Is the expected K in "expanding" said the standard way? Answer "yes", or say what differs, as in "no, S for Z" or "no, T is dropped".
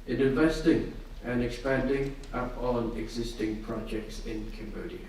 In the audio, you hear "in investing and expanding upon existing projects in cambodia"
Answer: yes